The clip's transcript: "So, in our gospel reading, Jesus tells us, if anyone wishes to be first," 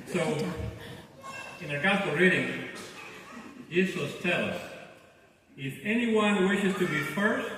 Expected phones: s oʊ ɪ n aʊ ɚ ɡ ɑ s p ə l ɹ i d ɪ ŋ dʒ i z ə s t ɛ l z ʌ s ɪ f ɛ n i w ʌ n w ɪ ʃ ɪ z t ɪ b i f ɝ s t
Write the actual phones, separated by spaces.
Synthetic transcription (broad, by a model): s oʊ ɪ n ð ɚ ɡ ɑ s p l ɹ i d ɪ ŋ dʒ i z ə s t ɛ l ʌ s ɪ f ɛ n i w ʌ n w ɪ ʃ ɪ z t ɪ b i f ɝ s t